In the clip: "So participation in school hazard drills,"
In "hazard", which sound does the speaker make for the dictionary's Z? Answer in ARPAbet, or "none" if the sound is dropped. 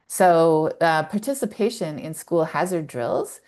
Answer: Z